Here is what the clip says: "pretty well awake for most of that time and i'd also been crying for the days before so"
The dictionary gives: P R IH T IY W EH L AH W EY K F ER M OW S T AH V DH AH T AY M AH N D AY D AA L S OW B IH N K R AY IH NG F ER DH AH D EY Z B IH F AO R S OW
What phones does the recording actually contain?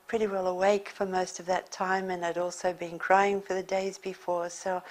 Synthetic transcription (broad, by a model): P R IH T IY W EH L AH W EY K F ER M OW S T AH V DH AH T AY M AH N AY D AA L S OW B IH N K R AY IH NG F ER DH AH D EY Z B IH F AO R S OW